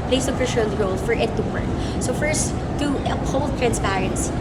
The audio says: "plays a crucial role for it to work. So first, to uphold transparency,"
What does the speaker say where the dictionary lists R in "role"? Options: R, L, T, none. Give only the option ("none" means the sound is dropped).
R